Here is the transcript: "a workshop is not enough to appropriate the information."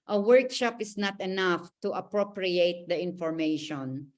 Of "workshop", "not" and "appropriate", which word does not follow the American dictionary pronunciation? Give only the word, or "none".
none